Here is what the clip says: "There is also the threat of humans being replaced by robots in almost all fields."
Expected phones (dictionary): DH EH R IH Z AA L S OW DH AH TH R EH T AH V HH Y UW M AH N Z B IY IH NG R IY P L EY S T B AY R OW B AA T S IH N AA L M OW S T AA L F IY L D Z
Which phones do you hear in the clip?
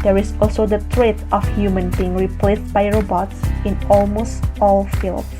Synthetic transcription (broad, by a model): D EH R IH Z AA L S OW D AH T R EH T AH F HH Y UW M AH N B IY IH NG R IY P L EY S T B AY R OW B AA T S IH N AA L M OW S T AA L F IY L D